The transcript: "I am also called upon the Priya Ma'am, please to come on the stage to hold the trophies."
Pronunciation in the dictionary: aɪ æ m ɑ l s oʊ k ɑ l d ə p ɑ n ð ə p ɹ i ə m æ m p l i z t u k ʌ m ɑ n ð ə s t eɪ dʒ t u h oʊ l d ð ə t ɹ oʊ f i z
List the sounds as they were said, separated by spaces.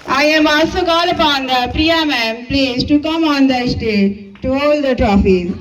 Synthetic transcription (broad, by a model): aɪ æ m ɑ s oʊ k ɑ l ə p ɑ n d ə p ɹ i ə m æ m p l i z t u k ʌ m ɑ n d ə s t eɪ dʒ t u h oʊ l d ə t ɹ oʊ f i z